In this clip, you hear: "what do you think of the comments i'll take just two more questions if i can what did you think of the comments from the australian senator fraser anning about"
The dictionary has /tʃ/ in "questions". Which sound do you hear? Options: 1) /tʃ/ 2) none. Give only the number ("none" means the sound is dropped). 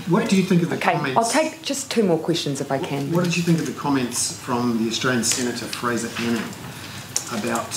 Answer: 1